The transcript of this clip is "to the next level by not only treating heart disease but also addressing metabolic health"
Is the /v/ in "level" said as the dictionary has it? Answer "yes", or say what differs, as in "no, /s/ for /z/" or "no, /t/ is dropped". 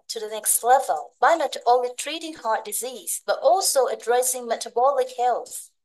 yes